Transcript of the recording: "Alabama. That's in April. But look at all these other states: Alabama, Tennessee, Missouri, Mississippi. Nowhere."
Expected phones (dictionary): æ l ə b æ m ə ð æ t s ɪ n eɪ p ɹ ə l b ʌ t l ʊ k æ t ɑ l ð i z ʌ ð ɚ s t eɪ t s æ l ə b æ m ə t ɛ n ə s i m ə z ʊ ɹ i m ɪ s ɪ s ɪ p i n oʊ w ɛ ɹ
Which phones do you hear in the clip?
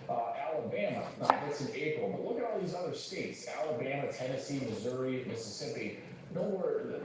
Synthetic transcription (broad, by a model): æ l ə b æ m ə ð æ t s ɪ n eɪ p ɹ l b ʌ t l ʊ k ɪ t ɑ l ð i z ʌ ð ɚ s t eɪ t s æ l ə b æ m ə t ɛ n ə s i m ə z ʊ ɹ i m ɪ s ɪ s ɪ p i n oʊ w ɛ ɹ